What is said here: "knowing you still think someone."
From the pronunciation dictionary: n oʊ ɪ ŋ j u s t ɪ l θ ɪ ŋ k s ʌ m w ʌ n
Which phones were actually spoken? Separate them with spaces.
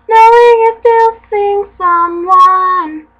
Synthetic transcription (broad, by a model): n oʊ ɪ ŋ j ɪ s t ɪ l s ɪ ŋ s ʌ m w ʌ n